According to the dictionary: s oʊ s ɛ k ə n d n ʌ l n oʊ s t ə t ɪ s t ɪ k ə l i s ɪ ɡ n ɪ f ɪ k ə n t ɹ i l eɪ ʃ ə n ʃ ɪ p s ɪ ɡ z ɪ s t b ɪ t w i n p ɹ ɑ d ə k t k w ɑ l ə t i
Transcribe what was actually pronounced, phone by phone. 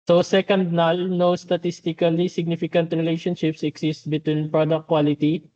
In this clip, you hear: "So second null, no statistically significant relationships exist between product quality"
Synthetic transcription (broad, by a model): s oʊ s ɛ k ə n d n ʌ l n oʊ s t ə t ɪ s t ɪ k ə l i s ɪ ɡ n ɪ f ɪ k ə n t ɹ i l eɪ ʃ ə n ʃ ɪ p s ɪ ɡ s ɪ s t b ɪ t w i n p ɹ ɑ d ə k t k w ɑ l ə t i